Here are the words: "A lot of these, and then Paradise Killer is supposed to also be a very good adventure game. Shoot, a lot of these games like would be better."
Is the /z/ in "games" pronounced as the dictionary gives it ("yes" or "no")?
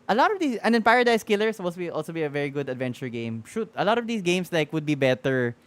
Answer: no